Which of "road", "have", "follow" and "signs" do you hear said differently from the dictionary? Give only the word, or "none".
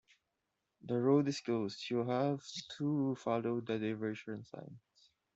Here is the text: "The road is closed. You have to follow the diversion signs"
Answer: signs